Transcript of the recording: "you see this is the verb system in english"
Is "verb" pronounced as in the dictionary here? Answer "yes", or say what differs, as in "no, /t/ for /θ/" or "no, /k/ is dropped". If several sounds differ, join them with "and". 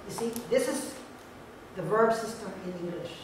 yes